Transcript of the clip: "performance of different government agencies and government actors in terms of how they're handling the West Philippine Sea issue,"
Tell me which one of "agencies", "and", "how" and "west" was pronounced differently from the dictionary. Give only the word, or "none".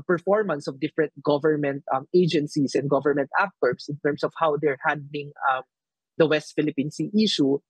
agencies